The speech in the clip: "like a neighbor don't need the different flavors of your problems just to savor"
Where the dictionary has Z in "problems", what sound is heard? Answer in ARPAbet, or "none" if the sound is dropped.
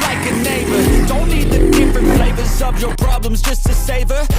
Z